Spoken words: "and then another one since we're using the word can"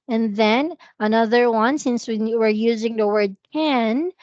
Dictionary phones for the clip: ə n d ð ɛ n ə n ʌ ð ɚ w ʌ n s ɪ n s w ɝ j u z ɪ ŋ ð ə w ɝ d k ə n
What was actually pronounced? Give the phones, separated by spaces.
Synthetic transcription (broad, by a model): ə n ð ɛ n ə n ʌ ð ɚ w ʌ n s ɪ n s w ɝ j u z ɪ ŋ ð ə w ɝ d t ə n